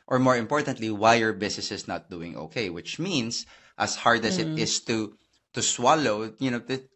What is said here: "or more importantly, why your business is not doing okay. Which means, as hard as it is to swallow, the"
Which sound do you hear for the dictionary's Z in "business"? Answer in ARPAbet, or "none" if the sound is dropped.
S